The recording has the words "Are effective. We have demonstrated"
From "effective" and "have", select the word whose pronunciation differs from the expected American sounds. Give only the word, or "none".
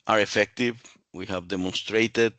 none